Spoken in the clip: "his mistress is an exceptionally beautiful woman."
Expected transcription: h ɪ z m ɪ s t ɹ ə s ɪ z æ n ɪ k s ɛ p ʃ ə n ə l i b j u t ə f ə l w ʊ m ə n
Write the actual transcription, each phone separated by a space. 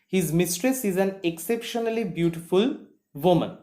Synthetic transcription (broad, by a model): h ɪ z m ɪ s t ɹ ə s ɪ z æ n ɪ k s ɛ p ʃ ə n ə l i b j u t ə f ə l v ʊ m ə n